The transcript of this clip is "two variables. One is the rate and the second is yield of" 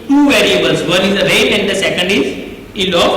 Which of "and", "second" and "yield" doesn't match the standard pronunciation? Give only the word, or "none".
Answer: yield